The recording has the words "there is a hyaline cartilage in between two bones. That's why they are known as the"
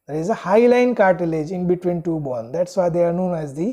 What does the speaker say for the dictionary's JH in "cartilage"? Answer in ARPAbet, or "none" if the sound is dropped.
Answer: JH